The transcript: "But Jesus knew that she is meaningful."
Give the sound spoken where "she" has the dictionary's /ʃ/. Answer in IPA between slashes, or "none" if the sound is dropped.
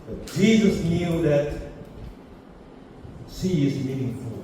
/s/